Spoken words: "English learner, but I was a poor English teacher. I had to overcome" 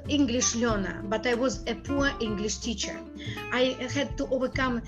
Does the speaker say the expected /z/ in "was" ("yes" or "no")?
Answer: yes